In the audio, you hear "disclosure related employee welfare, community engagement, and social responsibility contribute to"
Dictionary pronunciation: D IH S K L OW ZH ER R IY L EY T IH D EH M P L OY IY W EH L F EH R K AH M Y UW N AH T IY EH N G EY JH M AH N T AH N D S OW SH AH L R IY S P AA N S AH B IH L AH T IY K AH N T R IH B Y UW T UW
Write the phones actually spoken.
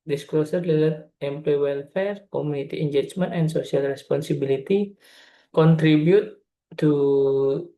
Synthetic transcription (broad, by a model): D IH S K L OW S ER L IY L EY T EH M P L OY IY W EH L F EH R K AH M UW N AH T IY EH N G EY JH M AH N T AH N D S OW S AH L R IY S P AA N S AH B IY L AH T IY K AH N T R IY B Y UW T UW